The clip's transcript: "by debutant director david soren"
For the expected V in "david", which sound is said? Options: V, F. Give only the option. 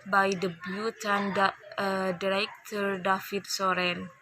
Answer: F